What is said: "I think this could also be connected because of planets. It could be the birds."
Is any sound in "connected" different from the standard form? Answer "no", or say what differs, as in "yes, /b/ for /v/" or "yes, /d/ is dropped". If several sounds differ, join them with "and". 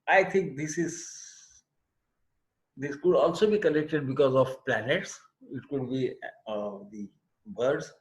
yes, /l/ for /n/